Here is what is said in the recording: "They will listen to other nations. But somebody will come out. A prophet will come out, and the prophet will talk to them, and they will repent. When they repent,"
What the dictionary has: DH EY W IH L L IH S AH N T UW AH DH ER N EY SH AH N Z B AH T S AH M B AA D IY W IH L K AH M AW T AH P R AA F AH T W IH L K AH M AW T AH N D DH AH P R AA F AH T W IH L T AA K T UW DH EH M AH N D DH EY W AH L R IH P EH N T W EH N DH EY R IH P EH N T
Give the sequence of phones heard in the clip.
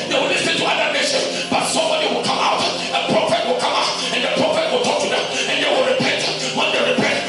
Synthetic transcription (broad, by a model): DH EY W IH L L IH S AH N T UW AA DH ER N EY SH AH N B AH T S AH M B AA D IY W IH L K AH M AW T AH P R AA F AH T W IH L K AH M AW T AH N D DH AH P R AA F AH T W IH L T AA K T UW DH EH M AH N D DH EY W AH L R IH P EH N T W EH N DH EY R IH P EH N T